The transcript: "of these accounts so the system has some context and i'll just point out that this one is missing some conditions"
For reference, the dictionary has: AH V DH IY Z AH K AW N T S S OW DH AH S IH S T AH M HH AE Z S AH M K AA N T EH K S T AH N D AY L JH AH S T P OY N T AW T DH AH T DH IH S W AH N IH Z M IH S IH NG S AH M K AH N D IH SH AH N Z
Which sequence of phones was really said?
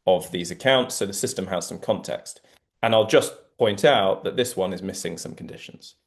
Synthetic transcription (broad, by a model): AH V DH IY Z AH K AW N T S S OW DH AH S IH S T AH M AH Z S AH M K AA N T EH K S T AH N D AY L JH AH S P OY N T AW T DH AH T DH IH S W AH N IH Z M IH S IH NG S AH M K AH N D IH SH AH N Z